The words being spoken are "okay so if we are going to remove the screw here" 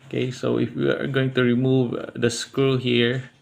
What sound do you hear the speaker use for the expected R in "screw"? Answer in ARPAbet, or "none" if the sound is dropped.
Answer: none